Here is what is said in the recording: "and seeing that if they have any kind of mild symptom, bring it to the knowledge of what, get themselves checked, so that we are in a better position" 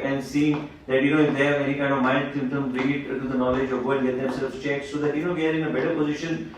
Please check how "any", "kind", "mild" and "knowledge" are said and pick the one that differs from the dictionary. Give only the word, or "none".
mild